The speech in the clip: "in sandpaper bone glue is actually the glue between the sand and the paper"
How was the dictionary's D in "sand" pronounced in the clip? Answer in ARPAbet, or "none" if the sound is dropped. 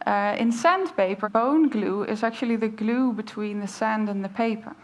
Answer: D